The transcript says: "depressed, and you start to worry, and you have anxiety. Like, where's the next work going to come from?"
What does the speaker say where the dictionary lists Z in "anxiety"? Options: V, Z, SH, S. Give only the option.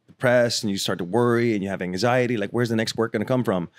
Z